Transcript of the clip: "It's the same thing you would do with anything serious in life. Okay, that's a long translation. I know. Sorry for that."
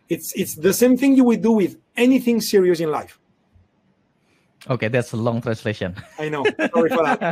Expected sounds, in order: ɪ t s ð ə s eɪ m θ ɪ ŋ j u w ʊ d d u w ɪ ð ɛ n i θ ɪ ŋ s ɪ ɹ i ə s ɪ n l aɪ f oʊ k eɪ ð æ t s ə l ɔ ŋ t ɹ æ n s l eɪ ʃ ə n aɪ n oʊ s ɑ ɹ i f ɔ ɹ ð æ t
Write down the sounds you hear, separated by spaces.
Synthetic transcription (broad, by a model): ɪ t s ð ə s eɪ m θ ɪ ŋ j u w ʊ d d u w ɪ ð ɛ n i θ ɪ ŋ s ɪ ɹ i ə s ɪ n l aɪ f oʊ k eɪ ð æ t s ə l ɔ ŋ t ɹ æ n s l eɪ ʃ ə n aɪ n oʊ s ɑ ɹ i f ɔ ɹ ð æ t